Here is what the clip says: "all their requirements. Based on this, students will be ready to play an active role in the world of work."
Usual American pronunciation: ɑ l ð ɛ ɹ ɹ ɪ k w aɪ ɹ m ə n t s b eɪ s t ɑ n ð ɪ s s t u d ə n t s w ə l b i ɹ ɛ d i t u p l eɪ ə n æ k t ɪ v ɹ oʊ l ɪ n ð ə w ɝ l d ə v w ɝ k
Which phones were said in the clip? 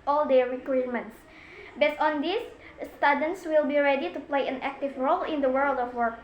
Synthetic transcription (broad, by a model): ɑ l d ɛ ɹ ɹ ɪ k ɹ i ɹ m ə n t s b eɪ s t ɑ n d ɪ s s t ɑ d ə n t s w ə l b i ɹ ɛ d i t u p l eɪ ə n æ k t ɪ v ɹ oʊ l ɪ n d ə w ɝ l d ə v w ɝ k